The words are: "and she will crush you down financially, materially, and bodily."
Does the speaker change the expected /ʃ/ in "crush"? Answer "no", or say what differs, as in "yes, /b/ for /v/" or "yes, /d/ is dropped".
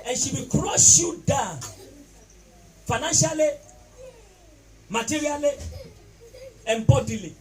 yes, /s/ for /ʃ/